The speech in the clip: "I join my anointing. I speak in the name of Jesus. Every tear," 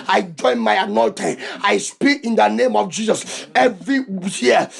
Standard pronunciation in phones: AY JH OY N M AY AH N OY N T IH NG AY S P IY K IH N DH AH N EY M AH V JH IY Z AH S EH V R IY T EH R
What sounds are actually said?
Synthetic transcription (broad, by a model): AY JH OY N M AY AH N OY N T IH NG AY S P IY K IH N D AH N EY M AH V JH IY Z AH S EH V R IY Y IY